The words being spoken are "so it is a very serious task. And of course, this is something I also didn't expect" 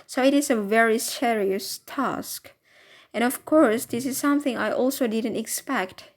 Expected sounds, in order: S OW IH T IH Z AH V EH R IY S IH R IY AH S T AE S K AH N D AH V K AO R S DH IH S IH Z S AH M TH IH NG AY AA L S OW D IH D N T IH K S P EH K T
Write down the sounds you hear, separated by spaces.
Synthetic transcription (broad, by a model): S OW IH T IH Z AH V EH R IY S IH R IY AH S T AE S K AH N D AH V K AO R S DH IH S IH Z S AH M TH IH NG AY AA L S OW D IH D N T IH K S P EH K T